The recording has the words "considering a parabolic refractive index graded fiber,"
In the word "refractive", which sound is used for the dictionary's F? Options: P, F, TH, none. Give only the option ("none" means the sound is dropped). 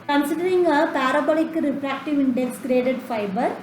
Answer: P